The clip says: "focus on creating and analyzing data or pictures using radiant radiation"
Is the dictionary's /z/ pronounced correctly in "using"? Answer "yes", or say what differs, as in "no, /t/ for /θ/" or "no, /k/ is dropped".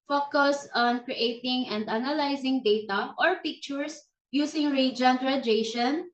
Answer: no, /s/ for /z/